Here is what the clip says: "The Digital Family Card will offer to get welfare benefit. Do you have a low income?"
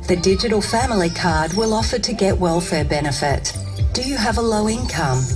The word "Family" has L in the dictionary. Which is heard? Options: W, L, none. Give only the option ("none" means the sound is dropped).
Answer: L